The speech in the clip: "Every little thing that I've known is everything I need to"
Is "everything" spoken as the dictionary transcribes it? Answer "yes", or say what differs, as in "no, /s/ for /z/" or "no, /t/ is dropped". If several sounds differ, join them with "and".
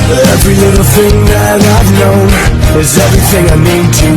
yes